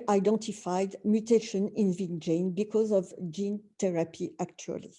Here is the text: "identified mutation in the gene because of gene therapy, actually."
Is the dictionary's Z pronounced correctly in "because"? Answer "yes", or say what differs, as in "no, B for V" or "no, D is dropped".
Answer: yes